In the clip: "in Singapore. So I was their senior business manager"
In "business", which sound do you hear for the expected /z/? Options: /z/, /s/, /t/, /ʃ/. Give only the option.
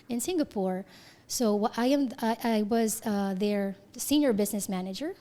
/z/